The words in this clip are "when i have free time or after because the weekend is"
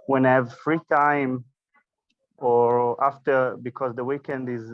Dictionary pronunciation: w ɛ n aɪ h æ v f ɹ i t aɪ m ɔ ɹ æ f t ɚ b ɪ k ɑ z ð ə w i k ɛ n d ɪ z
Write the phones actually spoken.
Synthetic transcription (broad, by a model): w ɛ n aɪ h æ v f ɹ i t aɪ m ɔ ɹ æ f t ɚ b ɪ k ɑ z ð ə w i k ɛ n d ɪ z